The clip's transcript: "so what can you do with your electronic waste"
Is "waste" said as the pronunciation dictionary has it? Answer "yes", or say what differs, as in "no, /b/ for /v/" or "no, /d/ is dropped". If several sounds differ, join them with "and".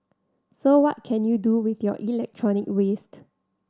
yes